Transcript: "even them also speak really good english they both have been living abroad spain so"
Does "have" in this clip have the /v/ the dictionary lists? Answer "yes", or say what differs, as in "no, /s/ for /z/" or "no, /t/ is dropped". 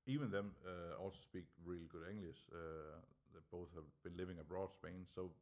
yes